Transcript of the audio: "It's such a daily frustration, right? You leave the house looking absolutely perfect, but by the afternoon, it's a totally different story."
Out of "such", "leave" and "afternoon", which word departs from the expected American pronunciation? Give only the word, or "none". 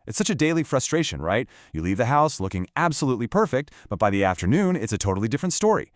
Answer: none